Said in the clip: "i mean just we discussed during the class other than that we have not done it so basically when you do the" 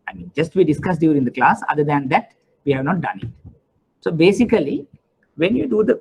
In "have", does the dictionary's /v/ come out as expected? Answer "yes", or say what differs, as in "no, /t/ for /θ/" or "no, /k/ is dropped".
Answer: yes